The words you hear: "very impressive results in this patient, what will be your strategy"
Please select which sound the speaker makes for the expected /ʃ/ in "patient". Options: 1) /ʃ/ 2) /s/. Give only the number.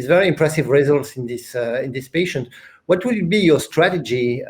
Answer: 1